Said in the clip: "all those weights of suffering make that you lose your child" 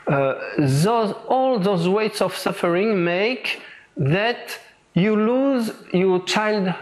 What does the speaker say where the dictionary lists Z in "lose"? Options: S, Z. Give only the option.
Z